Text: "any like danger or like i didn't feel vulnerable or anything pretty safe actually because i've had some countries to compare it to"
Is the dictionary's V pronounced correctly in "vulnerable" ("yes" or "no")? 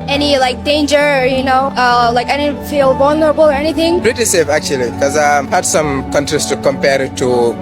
no